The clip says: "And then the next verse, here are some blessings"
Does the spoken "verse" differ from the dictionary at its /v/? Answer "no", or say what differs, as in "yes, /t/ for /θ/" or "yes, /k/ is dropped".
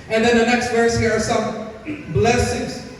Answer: no